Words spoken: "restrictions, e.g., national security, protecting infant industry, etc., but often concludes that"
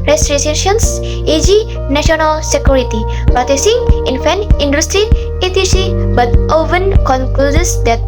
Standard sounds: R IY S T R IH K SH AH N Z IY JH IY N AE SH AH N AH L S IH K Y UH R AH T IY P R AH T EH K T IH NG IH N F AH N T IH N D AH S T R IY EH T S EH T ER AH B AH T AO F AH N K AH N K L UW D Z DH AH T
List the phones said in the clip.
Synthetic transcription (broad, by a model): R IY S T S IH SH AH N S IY JH IY N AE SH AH N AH L S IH K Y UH R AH T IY P R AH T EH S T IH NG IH N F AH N IH N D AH S T R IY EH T IY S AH B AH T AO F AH N K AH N K L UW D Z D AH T